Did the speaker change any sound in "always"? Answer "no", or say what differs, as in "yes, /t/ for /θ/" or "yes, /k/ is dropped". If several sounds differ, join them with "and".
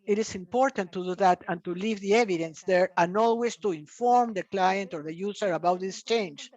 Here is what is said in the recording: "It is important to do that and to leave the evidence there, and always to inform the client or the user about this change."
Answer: yes, /s/ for /z/